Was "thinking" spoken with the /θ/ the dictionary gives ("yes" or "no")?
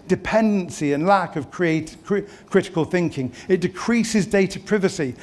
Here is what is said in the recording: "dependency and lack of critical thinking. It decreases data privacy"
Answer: yes